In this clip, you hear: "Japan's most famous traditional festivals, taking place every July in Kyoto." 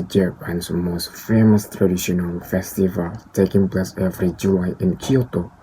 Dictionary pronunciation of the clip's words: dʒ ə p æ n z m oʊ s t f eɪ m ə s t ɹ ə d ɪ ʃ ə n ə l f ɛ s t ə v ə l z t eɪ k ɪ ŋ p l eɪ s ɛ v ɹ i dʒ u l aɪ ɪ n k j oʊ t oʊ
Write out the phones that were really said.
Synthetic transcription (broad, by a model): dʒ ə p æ n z m oʊ s t f eɪ m ə s t ɹ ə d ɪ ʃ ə n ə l f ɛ s t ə v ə l t eɪ k ɪ ŋ p l eɪ s ɛ v ɹ i dʒ u l aɪ ɪ n k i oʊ t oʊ